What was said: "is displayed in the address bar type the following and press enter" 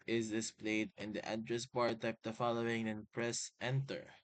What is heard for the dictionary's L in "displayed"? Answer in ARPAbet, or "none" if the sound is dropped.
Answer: L